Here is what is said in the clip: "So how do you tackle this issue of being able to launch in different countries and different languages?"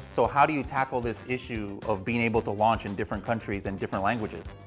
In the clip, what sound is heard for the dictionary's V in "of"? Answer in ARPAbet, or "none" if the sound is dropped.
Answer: V